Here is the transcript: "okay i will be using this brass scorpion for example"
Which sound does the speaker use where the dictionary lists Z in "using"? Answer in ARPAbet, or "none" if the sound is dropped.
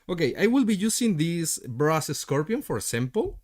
S